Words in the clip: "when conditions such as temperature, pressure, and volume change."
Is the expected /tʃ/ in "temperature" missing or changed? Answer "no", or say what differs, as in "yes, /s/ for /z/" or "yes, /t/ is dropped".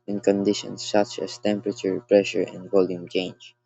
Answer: no